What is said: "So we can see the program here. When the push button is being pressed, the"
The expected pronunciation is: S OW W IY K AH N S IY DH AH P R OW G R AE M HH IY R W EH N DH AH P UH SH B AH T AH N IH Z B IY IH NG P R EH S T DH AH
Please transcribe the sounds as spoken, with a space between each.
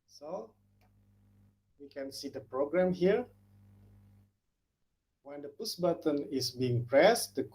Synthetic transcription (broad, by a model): S OW W IY K AH N S IY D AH P R OW G R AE M HH IY R W EH N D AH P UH S B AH T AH N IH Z B IY IH NG P R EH S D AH